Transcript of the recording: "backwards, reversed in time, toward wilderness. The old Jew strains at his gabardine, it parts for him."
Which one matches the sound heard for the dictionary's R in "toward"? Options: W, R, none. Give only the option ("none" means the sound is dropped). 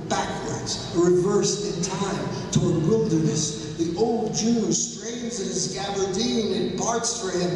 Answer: R